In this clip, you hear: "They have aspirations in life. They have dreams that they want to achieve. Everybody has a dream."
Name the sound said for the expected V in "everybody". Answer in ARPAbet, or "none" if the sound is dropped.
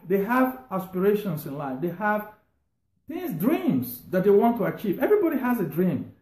V